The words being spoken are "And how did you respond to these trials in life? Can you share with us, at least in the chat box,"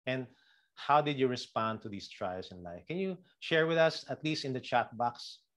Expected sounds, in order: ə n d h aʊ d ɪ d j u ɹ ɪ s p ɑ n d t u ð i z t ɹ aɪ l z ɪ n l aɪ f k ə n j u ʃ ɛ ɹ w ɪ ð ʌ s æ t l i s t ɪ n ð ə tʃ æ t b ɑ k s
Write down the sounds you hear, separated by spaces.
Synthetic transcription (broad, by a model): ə n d h aʊ d ɪ d j u ɹ ɪ s p ɑ n d t u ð i s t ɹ aɪ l s ɪ n l aɪ f k ə n j u ʃ ɛ ɹ w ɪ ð ʌ s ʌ t l i s t ɪ n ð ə tʃ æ t b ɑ k s